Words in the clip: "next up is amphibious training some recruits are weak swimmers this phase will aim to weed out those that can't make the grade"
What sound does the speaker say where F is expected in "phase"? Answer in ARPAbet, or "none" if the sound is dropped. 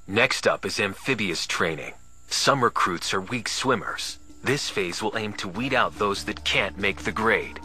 F